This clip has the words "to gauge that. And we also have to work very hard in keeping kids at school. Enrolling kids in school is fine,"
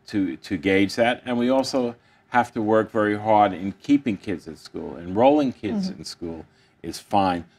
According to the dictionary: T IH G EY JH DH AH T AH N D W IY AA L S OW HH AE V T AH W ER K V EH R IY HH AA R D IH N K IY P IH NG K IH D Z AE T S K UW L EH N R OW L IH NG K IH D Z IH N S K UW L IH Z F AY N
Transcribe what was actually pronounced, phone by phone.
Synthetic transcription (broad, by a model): T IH G EY JH DH AH T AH N W IY AA L S OW HH AE F T AH W ER K V EH R IY HH AA R D IH N K IY P IH NG K IH D Z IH T S K UW L EH N R OW L IH NG K IH D Z IH N S K UW L IH Z F AY N